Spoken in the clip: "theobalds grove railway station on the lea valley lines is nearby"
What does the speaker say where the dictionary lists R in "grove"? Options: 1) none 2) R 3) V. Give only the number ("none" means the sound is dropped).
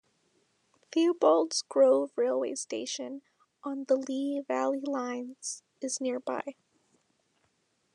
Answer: 2